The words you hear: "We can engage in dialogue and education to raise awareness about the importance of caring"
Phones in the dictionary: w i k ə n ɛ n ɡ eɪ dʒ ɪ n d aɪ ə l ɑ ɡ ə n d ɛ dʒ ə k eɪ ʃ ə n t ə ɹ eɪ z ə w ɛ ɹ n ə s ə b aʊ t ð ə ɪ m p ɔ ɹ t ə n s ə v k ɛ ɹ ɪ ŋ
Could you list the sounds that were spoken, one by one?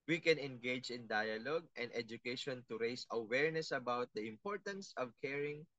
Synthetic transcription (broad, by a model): w i k ə n ɛ n ɡ eɪ dʒ ɪ n d aɪ ə l ɑ ɡ ə n d ɛ dʒ ə k eɪ ʃ ə n t ə ɹ eɪ s ə w ɛ ɹ n ə s ə b aʊ t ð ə ɪ m p ɔ ɹ t ə n s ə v k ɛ ɹ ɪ ŋ